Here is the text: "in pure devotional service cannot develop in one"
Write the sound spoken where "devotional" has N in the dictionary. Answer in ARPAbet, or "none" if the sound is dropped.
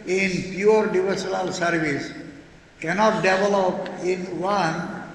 L